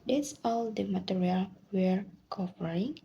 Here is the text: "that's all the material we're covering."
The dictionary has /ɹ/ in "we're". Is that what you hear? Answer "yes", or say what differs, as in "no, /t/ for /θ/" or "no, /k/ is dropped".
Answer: yes